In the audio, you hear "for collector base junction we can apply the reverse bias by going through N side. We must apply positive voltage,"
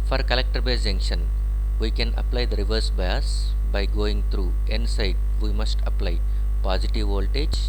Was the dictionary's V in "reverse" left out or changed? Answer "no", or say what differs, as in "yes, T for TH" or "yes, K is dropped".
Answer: no